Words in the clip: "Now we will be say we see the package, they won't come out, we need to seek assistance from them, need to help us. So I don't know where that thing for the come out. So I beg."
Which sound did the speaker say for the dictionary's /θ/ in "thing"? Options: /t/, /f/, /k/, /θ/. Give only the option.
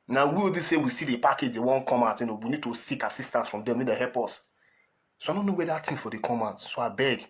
/t/